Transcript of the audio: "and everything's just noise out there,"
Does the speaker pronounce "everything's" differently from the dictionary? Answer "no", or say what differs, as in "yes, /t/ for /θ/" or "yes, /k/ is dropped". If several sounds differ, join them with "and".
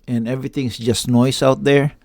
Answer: yes, /s/ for /z/